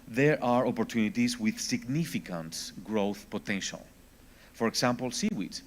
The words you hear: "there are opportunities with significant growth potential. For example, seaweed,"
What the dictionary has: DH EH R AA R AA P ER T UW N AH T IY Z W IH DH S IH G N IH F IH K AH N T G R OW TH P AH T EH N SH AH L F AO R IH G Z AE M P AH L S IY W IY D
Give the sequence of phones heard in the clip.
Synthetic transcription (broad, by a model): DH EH R AA R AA P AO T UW N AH T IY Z W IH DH S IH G N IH F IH K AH N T G R OW TH P AH T EH N SH AH L F AO R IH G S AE M P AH L S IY W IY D